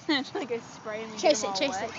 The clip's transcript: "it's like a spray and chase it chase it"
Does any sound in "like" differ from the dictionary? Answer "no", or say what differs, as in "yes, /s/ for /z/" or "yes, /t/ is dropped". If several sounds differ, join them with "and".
yes, /k/ is dropped